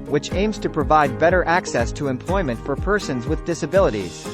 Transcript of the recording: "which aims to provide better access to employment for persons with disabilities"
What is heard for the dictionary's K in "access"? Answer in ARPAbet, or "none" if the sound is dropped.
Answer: K